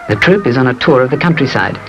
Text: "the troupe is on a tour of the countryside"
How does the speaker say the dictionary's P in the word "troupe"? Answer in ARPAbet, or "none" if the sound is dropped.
P